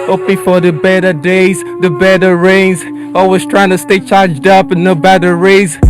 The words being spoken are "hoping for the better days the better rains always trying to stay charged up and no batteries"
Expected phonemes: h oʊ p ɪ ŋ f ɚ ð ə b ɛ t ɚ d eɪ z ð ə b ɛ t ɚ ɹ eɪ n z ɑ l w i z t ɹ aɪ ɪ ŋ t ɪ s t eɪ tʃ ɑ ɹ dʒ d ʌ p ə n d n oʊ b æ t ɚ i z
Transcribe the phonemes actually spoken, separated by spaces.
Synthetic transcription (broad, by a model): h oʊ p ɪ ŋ f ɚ ð ə b ɛ t ɚ d eɪ z ð ə b ɛ t ɚ ɹ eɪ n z ɑ l w i z t ɹ aɪ ɪ ŋ t ɪ s t eɪ tʃ ɑ ɹ dʒ d ʌ p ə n n oʊ b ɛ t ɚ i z